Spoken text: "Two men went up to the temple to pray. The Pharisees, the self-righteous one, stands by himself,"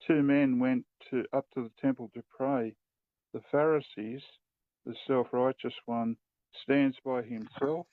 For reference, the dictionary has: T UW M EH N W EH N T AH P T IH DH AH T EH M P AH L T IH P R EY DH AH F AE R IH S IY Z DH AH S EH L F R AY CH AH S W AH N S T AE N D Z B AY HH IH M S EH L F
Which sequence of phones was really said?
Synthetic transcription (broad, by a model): T UW M EH N W EH N T AH P T IH DH AH T EH M P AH L T IH P R EY DH AH F AE R IH S IY Z DH AH S EH L F R AY CH AH S W AH N S T AE N D Z B AY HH IH M S EH L F